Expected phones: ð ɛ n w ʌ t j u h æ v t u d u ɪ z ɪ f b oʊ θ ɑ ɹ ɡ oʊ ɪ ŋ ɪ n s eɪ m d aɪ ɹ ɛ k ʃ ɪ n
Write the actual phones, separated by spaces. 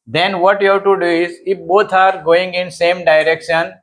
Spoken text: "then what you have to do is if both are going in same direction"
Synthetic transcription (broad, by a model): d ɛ n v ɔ t j u h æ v t u d u ɪ z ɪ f b oʊ t ɑ ɹ ɡ oʊ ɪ ŋ ɪ n s eɪ m d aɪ ɹ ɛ k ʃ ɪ n